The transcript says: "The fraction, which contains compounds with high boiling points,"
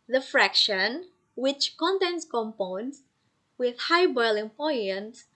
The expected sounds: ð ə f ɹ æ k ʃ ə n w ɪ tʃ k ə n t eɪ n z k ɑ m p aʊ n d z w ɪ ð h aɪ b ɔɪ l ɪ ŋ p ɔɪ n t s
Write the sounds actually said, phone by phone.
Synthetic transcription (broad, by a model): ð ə f ɹ æ k ʃ ə n w ɪ tʃ k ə n t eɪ n s k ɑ m p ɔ n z w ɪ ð h aɪ b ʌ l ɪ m p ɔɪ n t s